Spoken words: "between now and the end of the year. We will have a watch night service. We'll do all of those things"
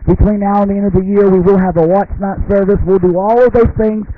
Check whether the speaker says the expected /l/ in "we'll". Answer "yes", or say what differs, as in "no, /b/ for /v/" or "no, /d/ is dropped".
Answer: yes